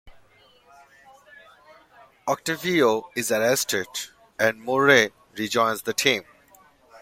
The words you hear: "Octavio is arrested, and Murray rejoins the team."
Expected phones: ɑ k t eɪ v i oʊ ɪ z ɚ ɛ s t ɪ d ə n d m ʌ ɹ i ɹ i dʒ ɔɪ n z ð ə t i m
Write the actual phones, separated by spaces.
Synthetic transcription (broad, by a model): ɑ k t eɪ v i oʊ ɪ z ɚ ɛ s t ɪ d ə n d m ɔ ɹ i ɹ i dʒ ɔɪ n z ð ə t i m